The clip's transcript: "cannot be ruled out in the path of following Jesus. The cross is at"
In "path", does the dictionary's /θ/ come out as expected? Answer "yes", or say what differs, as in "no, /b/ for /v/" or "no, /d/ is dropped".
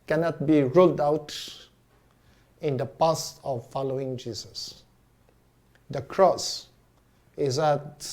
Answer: no, /s/ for /θ/